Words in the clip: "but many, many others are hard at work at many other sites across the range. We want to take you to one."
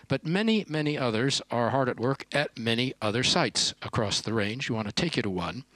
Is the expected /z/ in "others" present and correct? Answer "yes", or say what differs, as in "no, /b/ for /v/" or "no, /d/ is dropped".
yes